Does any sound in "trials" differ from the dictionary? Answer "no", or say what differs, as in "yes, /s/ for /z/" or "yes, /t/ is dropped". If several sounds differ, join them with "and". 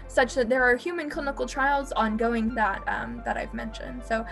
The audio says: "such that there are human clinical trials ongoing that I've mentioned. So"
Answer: no